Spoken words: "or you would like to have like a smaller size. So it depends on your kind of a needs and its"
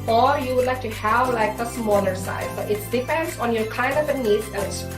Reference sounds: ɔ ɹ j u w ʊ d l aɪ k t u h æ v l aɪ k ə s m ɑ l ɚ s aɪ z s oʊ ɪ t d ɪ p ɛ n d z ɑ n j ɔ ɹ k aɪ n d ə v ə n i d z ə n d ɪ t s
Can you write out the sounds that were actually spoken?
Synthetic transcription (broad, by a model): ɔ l j u w ʊ d l aɪ k t u h æ v l aɪ k ə s m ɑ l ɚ s aɪ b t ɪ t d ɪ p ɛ n d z ɑ n j ɔ ɹ k aɪ n d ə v ə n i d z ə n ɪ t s